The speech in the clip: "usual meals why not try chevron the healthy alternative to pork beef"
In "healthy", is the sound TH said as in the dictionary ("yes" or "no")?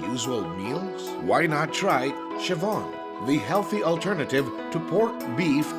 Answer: yes